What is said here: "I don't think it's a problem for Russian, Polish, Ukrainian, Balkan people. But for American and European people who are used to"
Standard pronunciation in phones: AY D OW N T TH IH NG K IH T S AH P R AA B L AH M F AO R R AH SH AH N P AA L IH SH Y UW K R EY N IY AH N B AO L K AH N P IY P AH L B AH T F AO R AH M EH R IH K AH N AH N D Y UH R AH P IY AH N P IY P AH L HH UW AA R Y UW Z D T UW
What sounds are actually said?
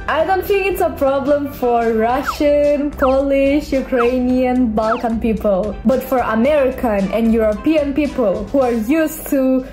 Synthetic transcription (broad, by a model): AY D OW N T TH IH NG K IH T S AH P R AA B L AH M F AO R R AH SH AH N P AA L IH SH Y UW K R EY N IY AH N B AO L K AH N P IY P AH L B AH T F AO R AH M EH R IH K AH N AH N D Y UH R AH P IY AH N P IY P AH L HH UW AA R Y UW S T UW